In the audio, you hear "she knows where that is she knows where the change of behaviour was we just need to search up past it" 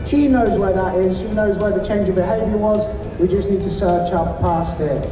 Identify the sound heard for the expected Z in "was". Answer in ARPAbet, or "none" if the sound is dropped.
Z